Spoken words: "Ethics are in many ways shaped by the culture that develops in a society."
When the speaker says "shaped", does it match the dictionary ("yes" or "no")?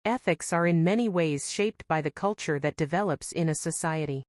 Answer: yes